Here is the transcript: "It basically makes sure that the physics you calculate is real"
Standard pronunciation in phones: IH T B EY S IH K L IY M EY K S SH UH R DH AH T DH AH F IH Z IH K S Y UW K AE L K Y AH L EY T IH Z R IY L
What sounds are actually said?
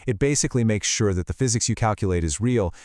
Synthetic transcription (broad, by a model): IH T B EY S IH K L IY M EY K S SH UH R DH AH T DH AH F IH Z IH K S Y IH K AE L K Y AH L EY T IH Z R IY L